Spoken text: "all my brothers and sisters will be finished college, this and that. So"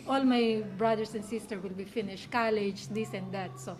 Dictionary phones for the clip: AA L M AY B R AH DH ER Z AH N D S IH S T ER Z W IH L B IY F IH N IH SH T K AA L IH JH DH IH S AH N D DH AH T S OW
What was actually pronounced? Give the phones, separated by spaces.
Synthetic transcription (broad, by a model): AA L M AY B R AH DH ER S AH N D S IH S T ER W IH L B IY F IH N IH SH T K AA L IH JH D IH S AH N D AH T S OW